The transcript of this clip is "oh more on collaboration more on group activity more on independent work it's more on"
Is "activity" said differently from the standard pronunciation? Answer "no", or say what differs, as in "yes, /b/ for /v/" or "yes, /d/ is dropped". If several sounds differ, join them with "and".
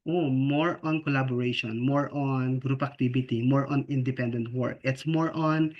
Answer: yes, /b/ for /v/